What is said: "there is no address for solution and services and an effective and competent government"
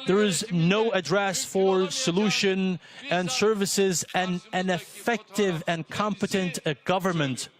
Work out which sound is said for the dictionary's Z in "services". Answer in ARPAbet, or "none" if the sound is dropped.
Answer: Z